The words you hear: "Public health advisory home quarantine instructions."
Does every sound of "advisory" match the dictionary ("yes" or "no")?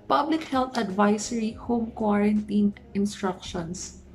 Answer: no